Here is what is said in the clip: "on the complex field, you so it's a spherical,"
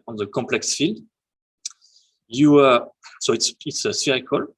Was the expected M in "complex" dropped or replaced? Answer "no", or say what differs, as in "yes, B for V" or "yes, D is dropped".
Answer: yes, M is dropped